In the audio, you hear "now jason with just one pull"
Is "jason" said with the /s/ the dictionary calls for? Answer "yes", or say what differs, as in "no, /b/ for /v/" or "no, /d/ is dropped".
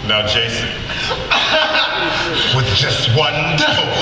yes